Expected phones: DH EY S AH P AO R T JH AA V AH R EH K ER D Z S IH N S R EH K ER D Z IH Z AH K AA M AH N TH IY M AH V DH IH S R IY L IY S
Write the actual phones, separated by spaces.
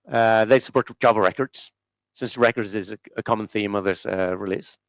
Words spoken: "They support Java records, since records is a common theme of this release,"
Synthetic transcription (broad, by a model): DH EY S AH P AO R T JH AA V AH R EH K ER D Z S IH N S R EH K ER D Z IH Z AH K AA M AH N TH IY M AH V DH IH S R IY L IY S